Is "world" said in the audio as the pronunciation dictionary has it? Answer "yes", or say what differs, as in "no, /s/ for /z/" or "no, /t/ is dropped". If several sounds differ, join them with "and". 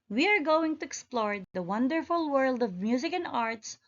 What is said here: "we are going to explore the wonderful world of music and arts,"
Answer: yes